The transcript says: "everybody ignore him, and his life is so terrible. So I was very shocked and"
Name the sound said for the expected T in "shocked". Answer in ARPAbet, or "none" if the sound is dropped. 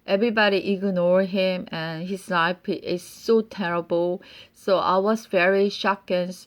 none